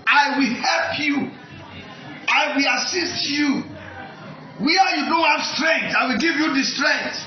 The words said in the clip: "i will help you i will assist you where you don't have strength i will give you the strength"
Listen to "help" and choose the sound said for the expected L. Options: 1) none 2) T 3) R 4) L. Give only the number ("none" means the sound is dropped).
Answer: 4